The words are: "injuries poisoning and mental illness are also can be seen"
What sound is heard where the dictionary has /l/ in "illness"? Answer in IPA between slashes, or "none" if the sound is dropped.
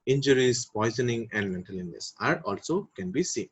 none